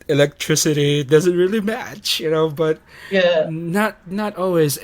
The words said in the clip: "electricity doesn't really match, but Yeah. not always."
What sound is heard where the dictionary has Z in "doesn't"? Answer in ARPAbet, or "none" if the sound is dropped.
Z